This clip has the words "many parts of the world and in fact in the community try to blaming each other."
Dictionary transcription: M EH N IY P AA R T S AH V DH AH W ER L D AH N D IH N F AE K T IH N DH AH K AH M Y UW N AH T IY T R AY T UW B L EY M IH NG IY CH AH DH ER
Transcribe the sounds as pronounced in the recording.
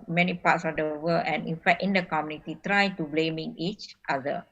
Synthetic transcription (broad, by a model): M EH N IY P AA T S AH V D AH W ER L AH N IH N F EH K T IH N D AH K AH M Y UW N AH T IY T R AY T UW B L EY M IH NG IY CH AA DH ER